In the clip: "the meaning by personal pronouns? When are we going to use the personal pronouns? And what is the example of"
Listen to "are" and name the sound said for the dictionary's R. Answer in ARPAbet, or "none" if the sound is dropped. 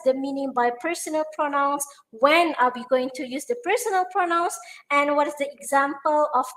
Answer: L